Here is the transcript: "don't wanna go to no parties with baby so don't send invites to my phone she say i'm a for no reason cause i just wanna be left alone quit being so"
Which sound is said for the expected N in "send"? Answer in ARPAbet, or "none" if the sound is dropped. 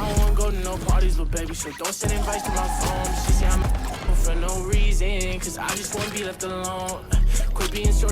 none